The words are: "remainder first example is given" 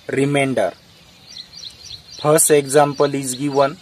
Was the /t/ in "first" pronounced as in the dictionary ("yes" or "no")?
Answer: no